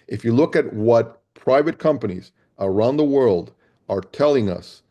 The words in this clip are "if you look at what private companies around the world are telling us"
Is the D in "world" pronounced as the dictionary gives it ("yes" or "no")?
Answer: yes